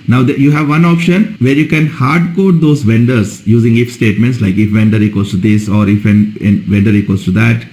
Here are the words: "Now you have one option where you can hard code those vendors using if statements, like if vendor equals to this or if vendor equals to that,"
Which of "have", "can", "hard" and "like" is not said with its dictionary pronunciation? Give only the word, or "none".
none